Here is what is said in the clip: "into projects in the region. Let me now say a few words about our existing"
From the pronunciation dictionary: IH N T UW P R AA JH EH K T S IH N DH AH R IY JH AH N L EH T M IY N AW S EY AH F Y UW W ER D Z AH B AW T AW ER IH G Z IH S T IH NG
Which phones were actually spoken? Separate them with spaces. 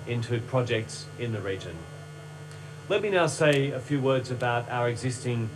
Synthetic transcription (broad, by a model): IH N T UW P R AA JH EH K T S IH N DH AH R IY JH AH N L EH T M IY N AW S EY AH F Y UW W ER D Z AH B AW T AW ER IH G Z IH S T IH NG